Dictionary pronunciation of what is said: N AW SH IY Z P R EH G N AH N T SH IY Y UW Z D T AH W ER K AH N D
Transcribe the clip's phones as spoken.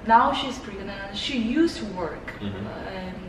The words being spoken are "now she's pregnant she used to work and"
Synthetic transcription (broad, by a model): N AW SH IY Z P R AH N SH IY Y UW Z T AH W ER K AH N